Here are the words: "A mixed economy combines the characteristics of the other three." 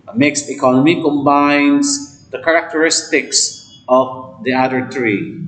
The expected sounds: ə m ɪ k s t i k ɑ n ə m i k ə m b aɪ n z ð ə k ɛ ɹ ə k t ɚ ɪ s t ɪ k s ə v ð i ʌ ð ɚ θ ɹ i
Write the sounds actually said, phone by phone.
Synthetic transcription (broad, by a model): m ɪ k s i k ɑ n ə m i k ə m b aɪ n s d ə k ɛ ɹ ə k t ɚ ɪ s t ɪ k s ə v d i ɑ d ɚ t ɹ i